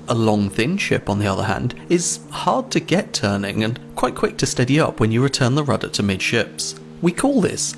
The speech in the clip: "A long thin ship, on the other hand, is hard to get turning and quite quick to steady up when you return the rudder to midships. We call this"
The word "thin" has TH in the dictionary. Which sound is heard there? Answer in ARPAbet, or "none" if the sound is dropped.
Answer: TH